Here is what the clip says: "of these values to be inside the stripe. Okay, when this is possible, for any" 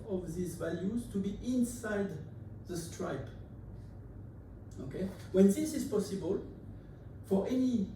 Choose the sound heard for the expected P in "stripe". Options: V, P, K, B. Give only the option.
P